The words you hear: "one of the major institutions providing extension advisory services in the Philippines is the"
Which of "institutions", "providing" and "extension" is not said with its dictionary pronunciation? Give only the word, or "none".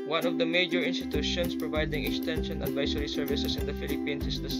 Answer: institutions